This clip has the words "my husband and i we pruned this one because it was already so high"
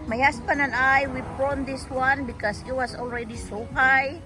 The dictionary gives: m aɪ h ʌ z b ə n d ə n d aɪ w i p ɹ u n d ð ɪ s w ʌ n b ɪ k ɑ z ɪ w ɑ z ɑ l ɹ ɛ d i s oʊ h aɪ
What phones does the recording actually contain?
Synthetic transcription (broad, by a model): m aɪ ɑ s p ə n ə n aɪ w i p ɔ n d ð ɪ s w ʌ n b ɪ k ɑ s ɪ w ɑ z ɑ l ɹ ɛ d i s oʊ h aɪ